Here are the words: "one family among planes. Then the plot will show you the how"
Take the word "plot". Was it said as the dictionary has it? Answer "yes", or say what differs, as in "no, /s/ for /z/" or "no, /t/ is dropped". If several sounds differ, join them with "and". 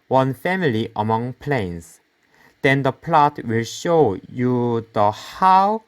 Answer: yes